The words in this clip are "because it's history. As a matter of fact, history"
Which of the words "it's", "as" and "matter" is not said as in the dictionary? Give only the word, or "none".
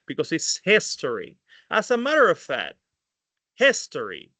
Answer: as